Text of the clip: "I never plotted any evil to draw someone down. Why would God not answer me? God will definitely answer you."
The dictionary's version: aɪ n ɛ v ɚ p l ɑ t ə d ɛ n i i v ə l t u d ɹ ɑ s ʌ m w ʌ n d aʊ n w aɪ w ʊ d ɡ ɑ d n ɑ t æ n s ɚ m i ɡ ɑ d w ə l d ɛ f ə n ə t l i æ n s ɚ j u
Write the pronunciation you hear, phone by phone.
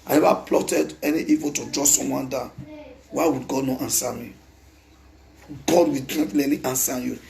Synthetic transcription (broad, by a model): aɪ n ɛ v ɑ p l ɑ t ə d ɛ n i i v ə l t u d ɹ ɑ s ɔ m w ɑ n d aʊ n w aɪ w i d ɡ ɑ d n ɑ t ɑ n s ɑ m i ɡ ɑ d w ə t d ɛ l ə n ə t i n s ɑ j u